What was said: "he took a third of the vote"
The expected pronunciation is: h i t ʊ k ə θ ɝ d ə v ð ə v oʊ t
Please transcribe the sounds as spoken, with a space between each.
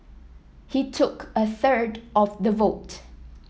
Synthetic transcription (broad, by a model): h i t ʊ k ə θ ɝ d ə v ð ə v oʊ t